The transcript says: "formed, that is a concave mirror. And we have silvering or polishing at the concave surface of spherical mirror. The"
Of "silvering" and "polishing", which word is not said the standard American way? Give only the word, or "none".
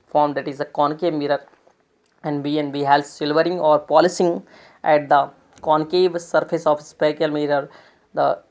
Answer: polishing